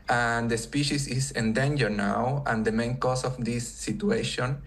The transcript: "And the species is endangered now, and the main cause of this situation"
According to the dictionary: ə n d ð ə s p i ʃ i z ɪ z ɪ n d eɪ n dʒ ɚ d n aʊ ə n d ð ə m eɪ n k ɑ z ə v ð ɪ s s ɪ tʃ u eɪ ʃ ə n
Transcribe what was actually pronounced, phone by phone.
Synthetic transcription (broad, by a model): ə n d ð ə s p i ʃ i s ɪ s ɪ n d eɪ n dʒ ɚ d n aʊ ə n d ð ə m eɪ n k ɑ s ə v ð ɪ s s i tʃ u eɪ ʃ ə n